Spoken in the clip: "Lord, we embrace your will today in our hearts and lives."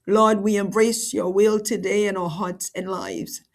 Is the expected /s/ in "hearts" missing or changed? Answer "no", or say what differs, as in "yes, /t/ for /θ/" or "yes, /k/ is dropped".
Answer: no